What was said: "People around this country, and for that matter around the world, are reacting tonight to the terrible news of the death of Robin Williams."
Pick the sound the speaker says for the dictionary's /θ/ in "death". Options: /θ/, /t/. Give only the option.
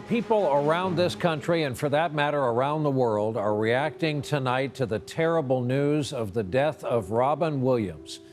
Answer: /θ/